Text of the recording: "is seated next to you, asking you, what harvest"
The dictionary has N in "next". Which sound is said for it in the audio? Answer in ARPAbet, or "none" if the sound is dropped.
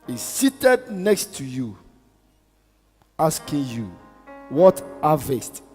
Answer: N